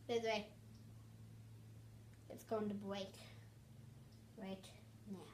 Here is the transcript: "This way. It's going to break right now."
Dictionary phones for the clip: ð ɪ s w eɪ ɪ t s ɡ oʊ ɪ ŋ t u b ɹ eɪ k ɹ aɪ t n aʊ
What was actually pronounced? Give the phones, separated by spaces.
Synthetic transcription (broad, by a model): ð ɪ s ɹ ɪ ɪ t s ɡ oʊ ɪ ŋ t u b w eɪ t ɹ aɪ t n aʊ